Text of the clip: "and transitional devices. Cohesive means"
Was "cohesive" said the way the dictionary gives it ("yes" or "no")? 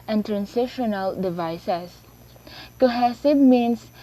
no